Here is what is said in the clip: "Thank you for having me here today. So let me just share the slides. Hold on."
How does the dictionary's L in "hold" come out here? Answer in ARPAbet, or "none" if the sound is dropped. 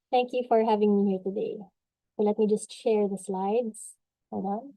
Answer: none